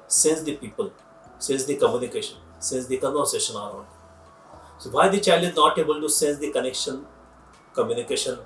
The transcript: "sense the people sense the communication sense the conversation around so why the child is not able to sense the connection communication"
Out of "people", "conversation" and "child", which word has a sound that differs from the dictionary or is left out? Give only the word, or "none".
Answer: conversation